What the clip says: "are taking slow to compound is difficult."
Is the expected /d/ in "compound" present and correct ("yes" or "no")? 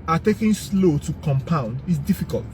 yes